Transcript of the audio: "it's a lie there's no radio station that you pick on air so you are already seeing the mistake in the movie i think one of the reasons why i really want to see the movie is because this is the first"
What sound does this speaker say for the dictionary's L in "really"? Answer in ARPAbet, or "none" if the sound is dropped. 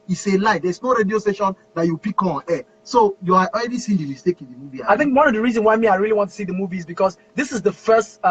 L